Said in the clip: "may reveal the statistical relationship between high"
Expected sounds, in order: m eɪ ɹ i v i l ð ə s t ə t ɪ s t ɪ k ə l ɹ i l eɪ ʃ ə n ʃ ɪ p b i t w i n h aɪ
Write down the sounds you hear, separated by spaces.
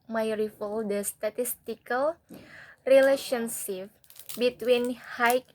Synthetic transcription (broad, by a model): m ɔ ɹ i f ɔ l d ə s t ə t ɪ s t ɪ k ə l ɹ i l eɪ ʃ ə n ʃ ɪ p b i t w i n h aɪ